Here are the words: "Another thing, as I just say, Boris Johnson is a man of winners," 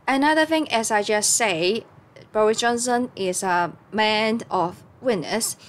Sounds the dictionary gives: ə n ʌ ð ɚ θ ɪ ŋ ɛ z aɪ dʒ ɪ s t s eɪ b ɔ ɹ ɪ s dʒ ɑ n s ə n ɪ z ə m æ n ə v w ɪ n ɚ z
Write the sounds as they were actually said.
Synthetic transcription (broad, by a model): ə n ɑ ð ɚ θ ɪ ŋ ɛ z aɪ dʒ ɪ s s eɪ b ɔ ɹ ɪ s dʒ ɑ n s ə n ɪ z ə m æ n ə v w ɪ n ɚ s